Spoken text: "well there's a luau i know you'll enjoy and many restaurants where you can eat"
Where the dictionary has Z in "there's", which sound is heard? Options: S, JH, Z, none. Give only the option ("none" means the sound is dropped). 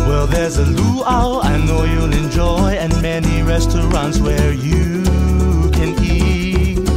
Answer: Z